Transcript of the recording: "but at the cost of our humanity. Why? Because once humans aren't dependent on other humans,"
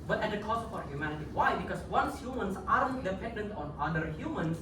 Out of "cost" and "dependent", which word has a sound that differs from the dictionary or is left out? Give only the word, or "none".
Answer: cost